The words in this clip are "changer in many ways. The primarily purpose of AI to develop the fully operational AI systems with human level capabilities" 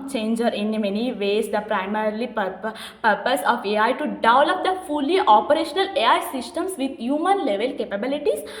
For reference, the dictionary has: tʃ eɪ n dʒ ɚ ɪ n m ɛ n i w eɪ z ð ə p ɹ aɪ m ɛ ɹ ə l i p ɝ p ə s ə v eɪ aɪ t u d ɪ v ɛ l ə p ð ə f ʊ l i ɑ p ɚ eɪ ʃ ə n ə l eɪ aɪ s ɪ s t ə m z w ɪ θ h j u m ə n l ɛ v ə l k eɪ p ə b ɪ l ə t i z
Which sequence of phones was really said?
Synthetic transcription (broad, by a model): tʃ eɪ n dʒ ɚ ɪ n m ɛ n i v eɪ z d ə p ɹ aɪ m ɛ ɹ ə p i p ɝ p ə s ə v eɪ aɪ t u d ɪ ʊ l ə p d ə f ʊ l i ɑ p ɚ eɪ ʃ ə n ə l eɪ aɪ s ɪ s t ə m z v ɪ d h j u m ə n l ɛ v ə l k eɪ p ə b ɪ l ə t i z